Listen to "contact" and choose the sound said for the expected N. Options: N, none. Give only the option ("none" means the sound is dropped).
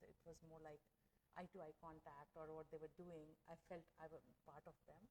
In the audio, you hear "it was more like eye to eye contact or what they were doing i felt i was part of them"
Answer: N